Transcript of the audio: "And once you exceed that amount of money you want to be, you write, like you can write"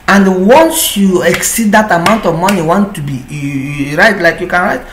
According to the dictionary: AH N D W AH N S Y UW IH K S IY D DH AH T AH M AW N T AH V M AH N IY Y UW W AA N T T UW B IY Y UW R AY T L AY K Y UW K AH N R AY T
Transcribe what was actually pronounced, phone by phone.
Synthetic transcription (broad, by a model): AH N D W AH N S Y UW IH K S IY D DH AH T AH M AW N T AH V M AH N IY W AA N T T UW B IY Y R AY T L AY K Y UW K AH N R AY T